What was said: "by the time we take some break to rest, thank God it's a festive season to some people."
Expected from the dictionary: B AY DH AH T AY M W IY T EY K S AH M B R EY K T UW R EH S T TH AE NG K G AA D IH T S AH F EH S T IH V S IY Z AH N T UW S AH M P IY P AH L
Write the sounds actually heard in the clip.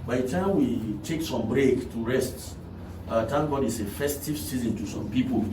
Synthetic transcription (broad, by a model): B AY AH T AY M W IY T EY K S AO M B R EY K T UW R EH S T T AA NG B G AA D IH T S AH F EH S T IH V S IY Z AH N T UW S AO M P IY P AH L